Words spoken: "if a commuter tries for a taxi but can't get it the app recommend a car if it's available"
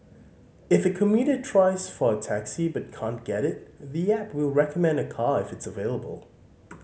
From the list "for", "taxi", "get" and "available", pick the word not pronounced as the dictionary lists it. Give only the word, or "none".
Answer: none